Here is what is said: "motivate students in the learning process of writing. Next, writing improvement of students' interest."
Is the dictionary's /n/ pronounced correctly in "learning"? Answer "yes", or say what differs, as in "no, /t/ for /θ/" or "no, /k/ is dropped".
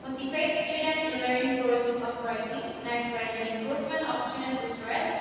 no, /n/ is dropped